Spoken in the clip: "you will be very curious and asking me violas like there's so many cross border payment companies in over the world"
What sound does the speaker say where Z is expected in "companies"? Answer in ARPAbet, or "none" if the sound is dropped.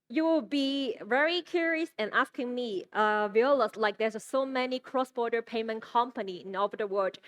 none